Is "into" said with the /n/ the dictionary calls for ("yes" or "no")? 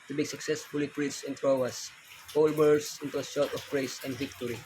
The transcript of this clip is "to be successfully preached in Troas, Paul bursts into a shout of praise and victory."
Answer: yes